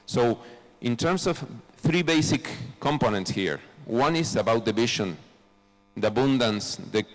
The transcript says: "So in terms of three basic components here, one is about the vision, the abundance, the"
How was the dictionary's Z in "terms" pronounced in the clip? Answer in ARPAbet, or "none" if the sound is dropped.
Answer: S